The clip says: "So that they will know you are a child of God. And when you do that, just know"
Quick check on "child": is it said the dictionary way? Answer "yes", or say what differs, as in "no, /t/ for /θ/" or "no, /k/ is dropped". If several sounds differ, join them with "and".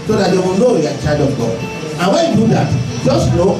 no, /l/ is dropped